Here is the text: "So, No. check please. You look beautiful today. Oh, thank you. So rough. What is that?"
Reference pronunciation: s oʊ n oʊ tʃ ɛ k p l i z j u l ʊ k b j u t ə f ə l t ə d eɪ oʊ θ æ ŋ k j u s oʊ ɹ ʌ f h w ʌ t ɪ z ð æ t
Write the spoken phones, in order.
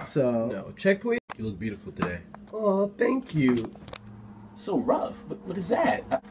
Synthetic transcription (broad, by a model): s oʊ n oʊ tʃ ɛ k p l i j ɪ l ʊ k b j u t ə f l t ə d eɪ oʊ θ æ ŋ k j u s oʊ ɹ ʌ f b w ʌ t ɪ z ð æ t